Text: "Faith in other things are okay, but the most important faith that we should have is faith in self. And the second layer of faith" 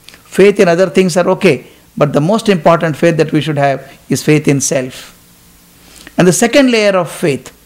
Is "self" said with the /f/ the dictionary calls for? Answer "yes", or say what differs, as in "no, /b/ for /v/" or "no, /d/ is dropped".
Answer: yes